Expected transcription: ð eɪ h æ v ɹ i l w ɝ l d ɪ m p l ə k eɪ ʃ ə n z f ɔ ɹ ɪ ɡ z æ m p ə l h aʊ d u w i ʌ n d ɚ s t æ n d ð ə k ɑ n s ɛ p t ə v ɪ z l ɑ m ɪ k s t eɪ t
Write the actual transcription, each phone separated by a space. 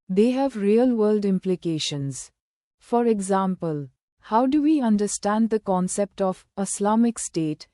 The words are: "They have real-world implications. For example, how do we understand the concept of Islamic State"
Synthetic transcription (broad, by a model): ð eɪ h æ v ɹ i l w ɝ l d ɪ m p l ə k eɪ ʃ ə n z f ɔ ɹ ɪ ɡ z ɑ m p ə l h aʊ d u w i ʌ n d ɚ s t æ n d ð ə k ɑ n s ɛ p t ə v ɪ s l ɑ m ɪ k s t eɪ t